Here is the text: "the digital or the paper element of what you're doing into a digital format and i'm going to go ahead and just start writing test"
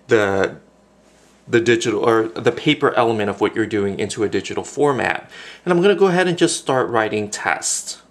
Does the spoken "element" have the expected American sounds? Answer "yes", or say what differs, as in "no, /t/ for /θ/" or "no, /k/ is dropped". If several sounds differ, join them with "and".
no, /n/ is dropped